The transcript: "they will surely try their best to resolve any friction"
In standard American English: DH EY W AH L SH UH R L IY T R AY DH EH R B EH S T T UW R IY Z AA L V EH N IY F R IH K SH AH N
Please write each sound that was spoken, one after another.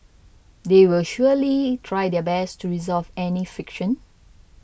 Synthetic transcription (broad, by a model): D EY W AH L SH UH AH L IY T R AY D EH B EH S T T UW R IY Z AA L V EH N IY F IH K SH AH N